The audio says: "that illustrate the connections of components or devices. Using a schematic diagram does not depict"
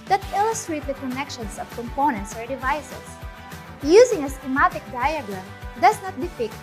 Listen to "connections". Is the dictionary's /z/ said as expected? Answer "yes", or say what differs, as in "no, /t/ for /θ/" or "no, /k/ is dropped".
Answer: no, /s/ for /z/